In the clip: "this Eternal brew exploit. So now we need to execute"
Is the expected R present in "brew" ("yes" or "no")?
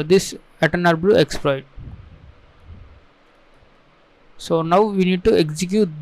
no